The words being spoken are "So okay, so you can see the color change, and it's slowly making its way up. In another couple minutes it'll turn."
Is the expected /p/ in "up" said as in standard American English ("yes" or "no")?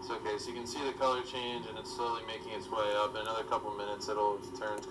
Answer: no